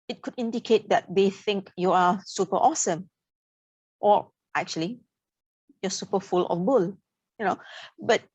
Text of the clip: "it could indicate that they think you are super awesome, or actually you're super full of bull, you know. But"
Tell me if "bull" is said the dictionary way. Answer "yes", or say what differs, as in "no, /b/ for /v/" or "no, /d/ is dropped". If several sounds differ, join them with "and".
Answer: yes